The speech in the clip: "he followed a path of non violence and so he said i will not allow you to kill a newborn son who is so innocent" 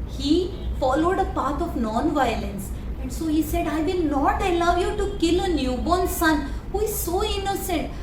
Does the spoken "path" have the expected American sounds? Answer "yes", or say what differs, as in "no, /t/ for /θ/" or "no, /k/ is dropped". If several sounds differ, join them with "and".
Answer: no, /t/ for /θ/